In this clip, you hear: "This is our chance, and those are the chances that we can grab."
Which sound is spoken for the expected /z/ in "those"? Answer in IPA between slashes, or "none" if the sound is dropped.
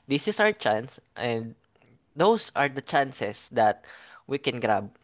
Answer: /s/